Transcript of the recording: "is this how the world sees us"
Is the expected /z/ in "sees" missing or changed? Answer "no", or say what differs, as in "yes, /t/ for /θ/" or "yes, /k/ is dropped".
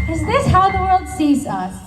no